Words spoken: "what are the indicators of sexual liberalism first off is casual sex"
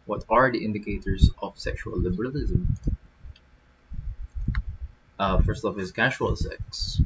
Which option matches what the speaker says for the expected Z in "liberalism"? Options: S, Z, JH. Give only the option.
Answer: Z